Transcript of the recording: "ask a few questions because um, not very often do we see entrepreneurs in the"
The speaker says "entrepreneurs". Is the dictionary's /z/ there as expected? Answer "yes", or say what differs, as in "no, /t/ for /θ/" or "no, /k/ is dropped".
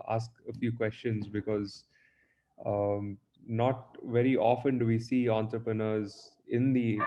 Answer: yes